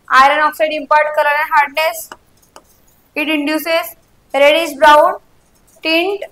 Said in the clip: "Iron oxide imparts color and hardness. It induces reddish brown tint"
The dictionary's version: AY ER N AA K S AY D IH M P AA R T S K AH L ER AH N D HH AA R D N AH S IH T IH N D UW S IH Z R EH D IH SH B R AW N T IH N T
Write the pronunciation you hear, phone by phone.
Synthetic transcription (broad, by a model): AY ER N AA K S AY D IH M P AA R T K AH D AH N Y HH AA R D N AH S IH T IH N D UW S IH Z R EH D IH S B R AW N T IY N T